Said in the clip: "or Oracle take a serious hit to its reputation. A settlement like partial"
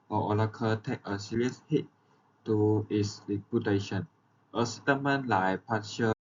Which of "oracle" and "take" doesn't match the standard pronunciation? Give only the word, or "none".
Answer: oracle